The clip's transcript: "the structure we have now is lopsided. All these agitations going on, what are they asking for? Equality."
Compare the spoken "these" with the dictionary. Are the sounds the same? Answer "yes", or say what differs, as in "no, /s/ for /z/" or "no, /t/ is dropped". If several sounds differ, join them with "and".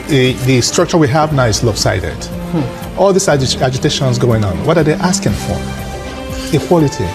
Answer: no, /s/ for /z/